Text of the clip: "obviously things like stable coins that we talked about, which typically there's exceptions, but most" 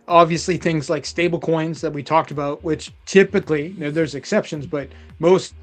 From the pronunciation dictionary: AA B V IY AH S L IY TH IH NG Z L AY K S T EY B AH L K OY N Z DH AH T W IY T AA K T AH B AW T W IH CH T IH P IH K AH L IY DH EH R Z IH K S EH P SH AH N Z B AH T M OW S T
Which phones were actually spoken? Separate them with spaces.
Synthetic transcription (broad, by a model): AA B V IY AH S L IY TH IH NG Z L AY K S T EY B L K OY N Z DH AH T W IY T AA K T AH B AW T W IH CH T IH P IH K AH N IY DH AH R Z IH K S EH P SH AH N Z B AH T M OW S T